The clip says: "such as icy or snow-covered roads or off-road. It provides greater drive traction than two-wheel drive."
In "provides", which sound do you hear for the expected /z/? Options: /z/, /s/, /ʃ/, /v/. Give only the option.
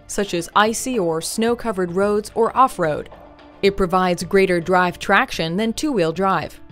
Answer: /z/